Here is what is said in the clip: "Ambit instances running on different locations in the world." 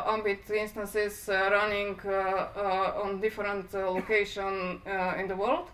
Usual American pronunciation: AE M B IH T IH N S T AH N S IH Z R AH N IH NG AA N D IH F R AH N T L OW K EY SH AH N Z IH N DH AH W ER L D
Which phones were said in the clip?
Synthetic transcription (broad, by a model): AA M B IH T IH N S T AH N S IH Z R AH N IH NG AA N D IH F R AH N T L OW K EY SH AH N IH N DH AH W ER L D